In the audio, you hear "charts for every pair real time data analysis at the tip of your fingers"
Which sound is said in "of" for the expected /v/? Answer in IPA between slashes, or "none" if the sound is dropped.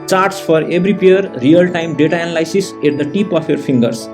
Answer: /p/